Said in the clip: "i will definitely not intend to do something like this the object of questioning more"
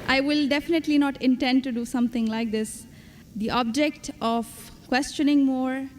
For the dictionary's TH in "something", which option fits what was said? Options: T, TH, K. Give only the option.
T